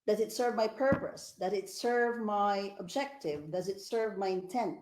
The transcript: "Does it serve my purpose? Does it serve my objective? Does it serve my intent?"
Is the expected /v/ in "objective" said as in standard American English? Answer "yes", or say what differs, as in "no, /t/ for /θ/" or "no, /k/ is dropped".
yes